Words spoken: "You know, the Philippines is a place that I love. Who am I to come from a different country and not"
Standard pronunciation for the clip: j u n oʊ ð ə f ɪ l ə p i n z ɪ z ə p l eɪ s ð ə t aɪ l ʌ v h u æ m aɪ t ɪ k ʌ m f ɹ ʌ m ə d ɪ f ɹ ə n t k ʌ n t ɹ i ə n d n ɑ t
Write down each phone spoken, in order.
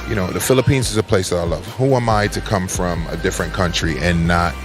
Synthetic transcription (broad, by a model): j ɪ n oʊ ð ə f ɪ l ə p i n z ɪ z ə p l eɪ s ð ə t aɪ l ʌ v h u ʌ m aɪ t ɪ k ʌ m f ɹ ʌ m ə d ɪ f ɹ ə n k ʌ n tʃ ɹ i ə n n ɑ t